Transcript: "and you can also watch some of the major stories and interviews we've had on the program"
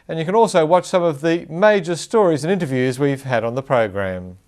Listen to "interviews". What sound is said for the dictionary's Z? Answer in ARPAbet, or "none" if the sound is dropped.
Z